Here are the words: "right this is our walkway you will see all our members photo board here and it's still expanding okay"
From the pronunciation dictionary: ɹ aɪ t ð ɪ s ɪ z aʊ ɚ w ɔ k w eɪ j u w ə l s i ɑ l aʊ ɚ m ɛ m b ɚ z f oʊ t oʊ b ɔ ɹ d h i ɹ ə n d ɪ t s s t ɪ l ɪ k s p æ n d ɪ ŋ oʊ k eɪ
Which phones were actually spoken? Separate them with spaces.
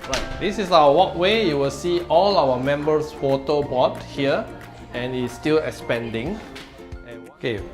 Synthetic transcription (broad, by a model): ɹ aɪ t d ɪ s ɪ s aʊ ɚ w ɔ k w eɪ j u w ə l s i ɑ l aʊ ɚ m ɛ m b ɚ s f oʊ t oʊ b ɔ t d h i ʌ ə n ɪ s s t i l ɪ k s p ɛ n d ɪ ŋ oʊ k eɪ